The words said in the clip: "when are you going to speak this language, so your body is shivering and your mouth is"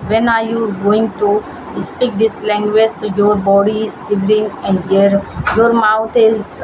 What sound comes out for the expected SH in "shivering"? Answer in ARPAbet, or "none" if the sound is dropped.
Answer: S